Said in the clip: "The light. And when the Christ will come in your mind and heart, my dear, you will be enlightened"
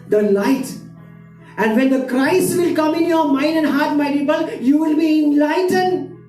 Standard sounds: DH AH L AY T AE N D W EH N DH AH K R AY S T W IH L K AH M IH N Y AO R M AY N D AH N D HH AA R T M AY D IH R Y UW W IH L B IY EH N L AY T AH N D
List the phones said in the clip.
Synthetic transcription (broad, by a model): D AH L AY T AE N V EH N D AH K R AY S T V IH L K AH M IH N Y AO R M AY N D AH N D HH AA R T M AY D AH L Y UW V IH L B IY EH N L AY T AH N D